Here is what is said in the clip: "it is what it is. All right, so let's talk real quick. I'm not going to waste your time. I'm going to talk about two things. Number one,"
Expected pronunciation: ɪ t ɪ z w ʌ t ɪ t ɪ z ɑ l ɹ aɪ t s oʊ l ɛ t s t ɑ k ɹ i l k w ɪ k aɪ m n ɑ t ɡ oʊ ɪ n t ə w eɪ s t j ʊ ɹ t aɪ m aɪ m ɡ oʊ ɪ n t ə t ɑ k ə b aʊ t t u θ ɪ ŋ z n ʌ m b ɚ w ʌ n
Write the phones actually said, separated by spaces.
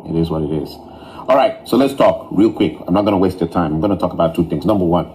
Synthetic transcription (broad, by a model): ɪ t ɪ z w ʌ t ɪ t ɪ z ɑ l ɹ aɪ t s oʊ l ɛ t s t ɑ k ɹ i l k w ɪ k aɪ m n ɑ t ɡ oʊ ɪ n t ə w eɪ s t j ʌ t aɪ m aɪ m ɡ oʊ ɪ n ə t ɑ k ə b aʊ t t u θ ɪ ŋ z n ʌ m b ɚ w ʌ n